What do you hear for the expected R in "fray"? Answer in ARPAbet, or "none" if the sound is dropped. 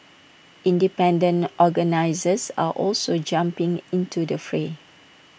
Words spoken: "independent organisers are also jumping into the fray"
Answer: R